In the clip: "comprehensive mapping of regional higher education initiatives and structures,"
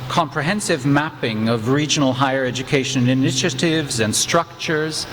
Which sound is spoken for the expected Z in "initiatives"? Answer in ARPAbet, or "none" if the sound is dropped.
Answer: Z